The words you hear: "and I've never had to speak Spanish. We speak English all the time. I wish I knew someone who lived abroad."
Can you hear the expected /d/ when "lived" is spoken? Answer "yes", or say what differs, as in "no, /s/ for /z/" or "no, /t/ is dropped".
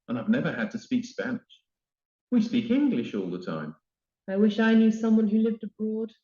yes